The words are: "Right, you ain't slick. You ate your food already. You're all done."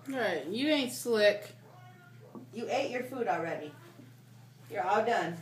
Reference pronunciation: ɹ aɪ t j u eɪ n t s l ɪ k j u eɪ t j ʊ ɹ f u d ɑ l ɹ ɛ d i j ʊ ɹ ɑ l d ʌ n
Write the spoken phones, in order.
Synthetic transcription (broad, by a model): ɹ aɪ t j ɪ eɪ n t s l ɪ k j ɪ eɪ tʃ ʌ ɹ f u d l ɹ ɛ d i j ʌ ɹ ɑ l d ʌ n